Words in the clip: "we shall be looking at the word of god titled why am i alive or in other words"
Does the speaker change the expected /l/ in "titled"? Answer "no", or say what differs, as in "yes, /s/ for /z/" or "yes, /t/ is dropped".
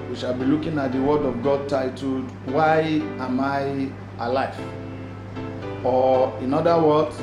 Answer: yes, /l/ is dropped